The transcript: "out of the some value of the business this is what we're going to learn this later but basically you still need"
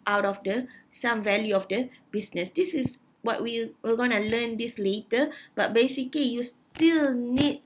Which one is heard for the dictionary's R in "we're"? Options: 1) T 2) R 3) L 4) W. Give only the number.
3